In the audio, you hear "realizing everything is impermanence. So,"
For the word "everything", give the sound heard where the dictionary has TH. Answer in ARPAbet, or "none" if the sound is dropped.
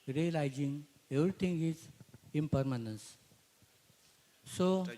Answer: T